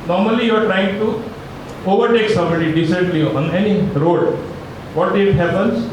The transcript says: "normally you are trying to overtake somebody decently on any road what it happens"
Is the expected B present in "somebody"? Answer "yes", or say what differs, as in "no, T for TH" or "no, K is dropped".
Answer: no, B is dropped